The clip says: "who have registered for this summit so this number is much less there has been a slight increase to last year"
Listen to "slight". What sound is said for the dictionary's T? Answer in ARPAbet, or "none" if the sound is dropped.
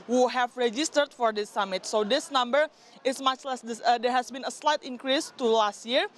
T